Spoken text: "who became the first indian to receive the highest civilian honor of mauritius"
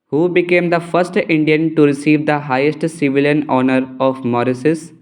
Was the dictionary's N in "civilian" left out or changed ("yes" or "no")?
no